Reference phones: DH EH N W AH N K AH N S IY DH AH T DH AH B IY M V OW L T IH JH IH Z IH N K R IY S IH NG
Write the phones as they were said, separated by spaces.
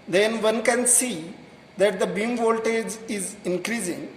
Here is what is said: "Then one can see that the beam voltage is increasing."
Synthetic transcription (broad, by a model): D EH N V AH N K AH N S IY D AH T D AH B IY M V OW L T IH JH IH Z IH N K R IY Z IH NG